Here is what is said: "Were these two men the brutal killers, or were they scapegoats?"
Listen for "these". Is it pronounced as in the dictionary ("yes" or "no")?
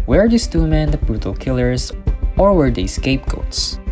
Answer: no